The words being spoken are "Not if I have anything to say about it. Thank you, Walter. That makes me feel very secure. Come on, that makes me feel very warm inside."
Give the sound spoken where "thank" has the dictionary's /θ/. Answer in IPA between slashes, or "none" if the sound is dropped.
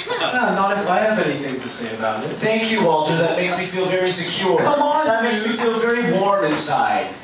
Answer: /θ/